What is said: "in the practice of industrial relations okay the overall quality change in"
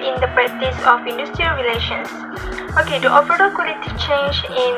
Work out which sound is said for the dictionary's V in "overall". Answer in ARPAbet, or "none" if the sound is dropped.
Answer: F